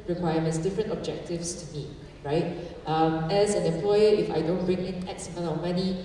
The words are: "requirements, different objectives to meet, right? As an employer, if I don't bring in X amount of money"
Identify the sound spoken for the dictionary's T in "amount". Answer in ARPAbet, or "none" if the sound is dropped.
none